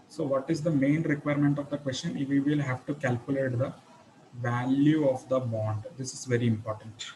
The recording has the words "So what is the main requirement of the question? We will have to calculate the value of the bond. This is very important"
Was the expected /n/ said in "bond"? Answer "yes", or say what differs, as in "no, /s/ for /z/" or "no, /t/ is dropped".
yes